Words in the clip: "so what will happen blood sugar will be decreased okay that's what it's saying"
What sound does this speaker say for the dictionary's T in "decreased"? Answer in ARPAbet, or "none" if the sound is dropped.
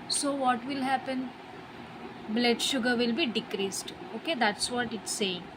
T